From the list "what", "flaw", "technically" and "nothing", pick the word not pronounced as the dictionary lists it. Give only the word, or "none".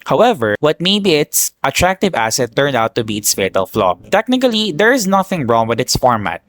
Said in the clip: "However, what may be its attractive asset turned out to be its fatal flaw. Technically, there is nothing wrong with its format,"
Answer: none